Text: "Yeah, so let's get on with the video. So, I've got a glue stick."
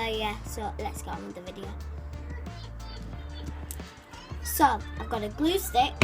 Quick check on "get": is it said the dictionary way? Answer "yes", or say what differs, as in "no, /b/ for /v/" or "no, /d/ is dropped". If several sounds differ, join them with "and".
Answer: no, /t/ is dropped